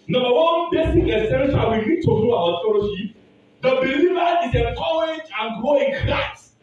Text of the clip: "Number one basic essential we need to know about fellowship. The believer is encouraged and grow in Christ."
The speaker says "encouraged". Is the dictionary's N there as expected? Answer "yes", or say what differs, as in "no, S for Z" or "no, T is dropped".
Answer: no, N is dropped